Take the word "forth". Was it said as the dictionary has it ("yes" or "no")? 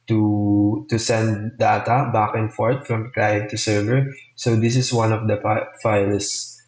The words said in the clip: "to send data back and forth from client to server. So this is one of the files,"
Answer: no